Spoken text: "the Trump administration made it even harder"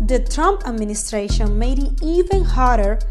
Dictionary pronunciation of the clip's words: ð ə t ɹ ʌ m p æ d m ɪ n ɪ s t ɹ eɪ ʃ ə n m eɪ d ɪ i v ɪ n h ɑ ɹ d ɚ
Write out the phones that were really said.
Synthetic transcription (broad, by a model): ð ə t ɹ ʌ m p æ d m ɪ n ɪ s t ɹ eɪ ʃ ə n m eɪ d ɪ i v ɪ n h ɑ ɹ d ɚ